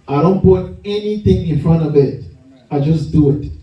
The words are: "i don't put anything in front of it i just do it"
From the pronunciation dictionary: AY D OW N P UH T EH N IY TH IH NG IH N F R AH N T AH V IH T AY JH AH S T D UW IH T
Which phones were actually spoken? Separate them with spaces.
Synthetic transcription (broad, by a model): AY D OW N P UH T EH N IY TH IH NG IH N F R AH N AH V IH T AY JH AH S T D UW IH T